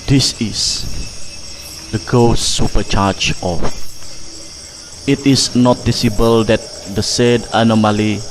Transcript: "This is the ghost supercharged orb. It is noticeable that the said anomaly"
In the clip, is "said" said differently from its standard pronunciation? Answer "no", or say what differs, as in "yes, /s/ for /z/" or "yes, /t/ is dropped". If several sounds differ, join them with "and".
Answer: no